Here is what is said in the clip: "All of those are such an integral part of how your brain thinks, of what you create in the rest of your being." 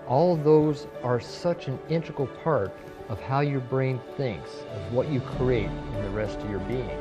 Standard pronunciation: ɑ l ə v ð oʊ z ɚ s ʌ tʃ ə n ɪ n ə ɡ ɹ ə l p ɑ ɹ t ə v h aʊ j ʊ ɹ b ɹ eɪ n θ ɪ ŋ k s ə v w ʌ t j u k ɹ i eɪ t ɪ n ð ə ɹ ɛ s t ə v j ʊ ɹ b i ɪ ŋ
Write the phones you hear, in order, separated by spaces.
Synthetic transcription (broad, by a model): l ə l ð oʊ z ɚ s ʌ tʃ ə n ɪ n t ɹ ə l p ɑ ɹ t ə v h aʊ j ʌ ɹ b ɹ eɪ n θ ɪ ŋ k s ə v w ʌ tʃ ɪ k ɹ i eɪ t ɪ n ð ə ɹ ɛ s t ə v j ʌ ɹ b i ɪ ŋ